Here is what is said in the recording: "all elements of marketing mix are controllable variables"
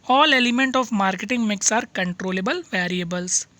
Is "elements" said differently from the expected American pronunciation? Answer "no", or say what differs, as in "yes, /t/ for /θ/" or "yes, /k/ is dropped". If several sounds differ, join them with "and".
yes, /s/ is dropped